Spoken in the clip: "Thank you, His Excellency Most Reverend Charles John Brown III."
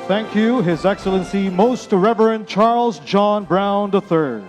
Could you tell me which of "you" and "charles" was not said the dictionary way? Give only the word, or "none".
none